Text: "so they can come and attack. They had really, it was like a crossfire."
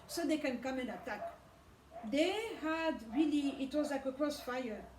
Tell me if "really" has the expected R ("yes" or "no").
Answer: yes